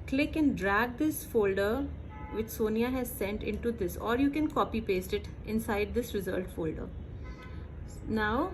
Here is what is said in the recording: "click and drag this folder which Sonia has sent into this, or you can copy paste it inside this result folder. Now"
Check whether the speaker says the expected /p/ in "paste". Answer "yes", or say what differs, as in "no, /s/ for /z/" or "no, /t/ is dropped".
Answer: yes